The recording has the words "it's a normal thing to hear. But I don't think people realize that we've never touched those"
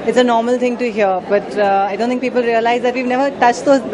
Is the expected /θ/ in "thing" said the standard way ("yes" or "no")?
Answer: no